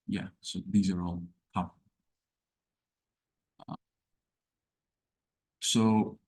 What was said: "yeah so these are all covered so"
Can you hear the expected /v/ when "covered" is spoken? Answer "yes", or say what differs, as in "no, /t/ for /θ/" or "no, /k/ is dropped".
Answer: no, /f/ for /v/